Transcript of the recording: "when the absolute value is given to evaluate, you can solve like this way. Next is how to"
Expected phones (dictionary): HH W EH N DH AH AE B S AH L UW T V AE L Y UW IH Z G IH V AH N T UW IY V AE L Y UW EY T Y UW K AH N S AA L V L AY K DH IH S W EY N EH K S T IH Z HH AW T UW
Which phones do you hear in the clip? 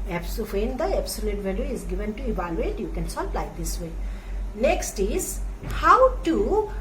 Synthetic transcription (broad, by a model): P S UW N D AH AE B S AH L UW T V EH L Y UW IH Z G IH V AH N T UW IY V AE L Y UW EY T Y UW K AH N S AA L P L AY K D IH S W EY N EH K S T IH Z HH AW T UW